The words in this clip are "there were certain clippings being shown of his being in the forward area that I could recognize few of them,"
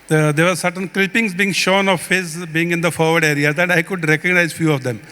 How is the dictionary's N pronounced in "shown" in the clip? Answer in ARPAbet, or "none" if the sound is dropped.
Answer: N